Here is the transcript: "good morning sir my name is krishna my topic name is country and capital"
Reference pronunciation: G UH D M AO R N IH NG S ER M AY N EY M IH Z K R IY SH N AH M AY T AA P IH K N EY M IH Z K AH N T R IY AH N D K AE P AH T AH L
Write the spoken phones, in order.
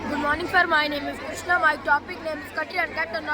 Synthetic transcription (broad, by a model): G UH D M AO R N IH NG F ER M AY N EY M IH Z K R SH N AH M AY T AA P IH K N EY M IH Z K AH T IY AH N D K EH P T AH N